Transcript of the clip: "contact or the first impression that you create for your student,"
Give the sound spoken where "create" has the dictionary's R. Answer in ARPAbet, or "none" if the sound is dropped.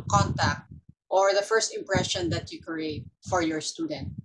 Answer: R